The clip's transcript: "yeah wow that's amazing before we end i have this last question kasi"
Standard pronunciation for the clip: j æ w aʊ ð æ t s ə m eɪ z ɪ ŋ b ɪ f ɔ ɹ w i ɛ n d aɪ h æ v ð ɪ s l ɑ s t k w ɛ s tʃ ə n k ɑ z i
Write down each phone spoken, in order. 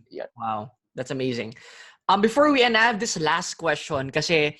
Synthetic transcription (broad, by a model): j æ w aʊ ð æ t s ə m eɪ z ɪ ŋ b ɪ f ɔ ɹ w i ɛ n aɪ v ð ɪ s l ɑ s t k w ɛ s tʃ ə n k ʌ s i